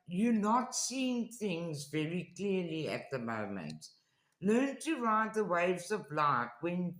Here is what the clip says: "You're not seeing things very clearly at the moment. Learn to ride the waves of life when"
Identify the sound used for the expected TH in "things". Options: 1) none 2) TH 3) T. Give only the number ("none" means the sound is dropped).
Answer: 2